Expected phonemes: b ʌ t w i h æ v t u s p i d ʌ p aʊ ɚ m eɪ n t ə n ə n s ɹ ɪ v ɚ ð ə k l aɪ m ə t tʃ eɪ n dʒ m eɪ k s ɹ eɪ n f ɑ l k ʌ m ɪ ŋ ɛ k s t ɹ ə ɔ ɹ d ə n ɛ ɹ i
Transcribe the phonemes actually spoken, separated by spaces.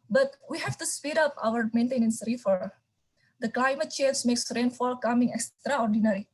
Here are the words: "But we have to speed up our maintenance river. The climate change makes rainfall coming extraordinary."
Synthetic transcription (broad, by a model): b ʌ t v i h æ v t u s p i d ʌ p aʊ ɚ m eɪ n t ə n ə n s ɹ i f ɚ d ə k l aɪ m ə t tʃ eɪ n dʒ m eɪ k s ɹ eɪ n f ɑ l k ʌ m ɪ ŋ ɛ k s t ɹ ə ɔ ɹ d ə n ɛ ɹ i